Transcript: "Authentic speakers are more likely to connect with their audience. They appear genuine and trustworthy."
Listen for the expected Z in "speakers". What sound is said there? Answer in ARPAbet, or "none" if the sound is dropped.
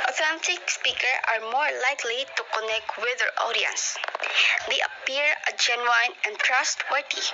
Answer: none